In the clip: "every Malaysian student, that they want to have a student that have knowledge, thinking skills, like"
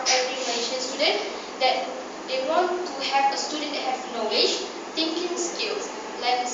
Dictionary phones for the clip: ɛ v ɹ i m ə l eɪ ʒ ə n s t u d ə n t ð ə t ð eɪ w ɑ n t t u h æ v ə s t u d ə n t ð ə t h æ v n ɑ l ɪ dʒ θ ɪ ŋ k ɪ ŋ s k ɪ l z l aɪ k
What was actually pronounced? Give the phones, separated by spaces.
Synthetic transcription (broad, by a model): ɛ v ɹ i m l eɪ ʃ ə n s t u d ə n t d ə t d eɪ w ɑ n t t u h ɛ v ə s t u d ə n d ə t h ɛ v n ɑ l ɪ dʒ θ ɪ ŋ k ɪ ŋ s k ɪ l s l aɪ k